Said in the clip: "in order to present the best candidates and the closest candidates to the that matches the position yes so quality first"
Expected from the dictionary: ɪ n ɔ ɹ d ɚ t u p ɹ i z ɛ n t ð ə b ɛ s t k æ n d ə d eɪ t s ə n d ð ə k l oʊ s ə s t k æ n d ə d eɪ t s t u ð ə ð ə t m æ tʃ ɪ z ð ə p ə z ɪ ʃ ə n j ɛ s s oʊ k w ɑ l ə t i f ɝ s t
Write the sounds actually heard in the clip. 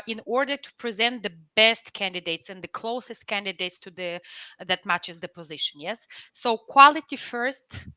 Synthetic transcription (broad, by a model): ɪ n ɔ ɹ d ɚ t u p ɹ i z ɛ n t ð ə b ɛ s t k æ n d ə d eɪ t s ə n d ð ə k l oʊ s ə s t k æ n d ə d eɪ t s t u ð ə ð ə t m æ tʃ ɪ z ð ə p ə z ɪ ʃ ə n j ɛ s s oʊ k w ɑ l ə t i f ɝ s t